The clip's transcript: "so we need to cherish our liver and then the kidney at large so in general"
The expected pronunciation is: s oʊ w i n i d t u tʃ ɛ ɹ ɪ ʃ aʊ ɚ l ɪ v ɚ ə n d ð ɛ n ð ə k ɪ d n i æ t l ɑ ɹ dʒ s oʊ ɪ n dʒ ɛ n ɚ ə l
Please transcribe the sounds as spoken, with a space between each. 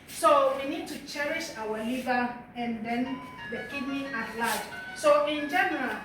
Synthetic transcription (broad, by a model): s oʊ w i n i d t u tʃ ɛ ɹ ɪ ʃ aʊ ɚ l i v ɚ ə n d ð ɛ n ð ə k ɪ d n i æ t l ɑ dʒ s oʊ ɪ n dʒ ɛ n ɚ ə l